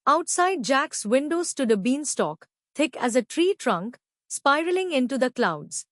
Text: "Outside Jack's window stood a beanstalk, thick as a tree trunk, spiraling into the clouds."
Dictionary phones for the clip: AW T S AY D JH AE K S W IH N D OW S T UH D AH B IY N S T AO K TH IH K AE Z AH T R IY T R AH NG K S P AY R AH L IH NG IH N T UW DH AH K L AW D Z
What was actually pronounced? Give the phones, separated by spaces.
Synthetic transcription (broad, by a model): AW T S AY D JH AE K S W IH N D OW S T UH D AH B IY N S T AO K T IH K AE Z AH T R IY T R AH NG K S P AY R AH L IH NG IH N T UW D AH K L AW D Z